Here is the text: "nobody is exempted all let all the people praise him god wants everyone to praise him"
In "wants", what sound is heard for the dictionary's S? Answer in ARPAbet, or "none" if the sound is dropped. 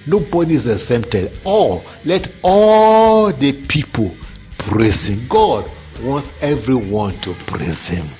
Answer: S